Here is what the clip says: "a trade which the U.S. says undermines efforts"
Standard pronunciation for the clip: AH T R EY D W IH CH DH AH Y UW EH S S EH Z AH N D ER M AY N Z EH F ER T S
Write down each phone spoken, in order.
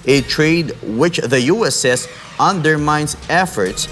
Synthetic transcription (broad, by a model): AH T R EY D W IH CH DH AH Y UW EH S S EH S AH N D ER M AY N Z EH F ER T S